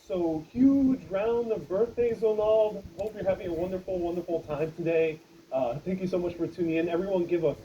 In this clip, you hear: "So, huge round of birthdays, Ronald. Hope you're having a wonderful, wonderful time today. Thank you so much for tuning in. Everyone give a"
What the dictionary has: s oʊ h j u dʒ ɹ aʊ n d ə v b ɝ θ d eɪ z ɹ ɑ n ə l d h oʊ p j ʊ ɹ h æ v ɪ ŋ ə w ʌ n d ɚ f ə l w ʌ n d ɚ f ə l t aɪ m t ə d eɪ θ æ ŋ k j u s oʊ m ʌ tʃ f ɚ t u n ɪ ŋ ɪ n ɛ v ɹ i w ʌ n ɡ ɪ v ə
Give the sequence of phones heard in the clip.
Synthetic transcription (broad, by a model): s oʊ h j u dʒ ɹ aʊ n ə v b ɝ θ d eɪ z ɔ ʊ n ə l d h oʊ p j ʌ ɹ h æ v ɪ ŋ ə w ʌ n d ɚ f l w ʌ n d ɚ f l t aɪ m t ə d eɪ θ æ ŋ k j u s oʊ m ʌ tʃ f ɚ t u n ɪ ŋ ɪ n ɛ v ɹ i w ʌ n ɡ ɪ v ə